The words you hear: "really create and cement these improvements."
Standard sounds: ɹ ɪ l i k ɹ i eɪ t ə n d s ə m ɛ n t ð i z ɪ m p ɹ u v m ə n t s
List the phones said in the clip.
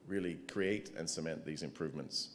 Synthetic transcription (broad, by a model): ɹ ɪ l i k ɹ i eɪ t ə n s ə m ɛ n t ð i z ɪ m p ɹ u v m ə n t s